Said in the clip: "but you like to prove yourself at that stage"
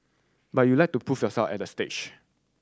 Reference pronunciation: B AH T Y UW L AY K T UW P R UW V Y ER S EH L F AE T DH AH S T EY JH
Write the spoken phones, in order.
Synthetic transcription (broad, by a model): B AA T Y UW L AY K T UW P UW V Y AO S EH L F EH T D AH S T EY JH